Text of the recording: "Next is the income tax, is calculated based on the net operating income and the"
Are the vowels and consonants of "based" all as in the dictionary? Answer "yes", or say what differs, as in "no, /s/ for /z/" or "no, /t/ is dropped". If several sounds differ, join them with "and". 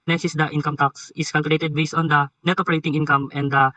no, /t/ is dropped